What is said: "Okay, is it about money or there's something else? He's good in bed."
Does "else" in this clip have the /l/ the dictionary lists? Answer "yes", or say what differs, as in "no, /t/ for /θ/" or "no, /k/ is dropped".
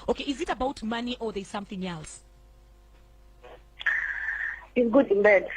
yes